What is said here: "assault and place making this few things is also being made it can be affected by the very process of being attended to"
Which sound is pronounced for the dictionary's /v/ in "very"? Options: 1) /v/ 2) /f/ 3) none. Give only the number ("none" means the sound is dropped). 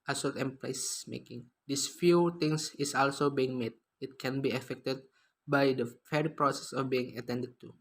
2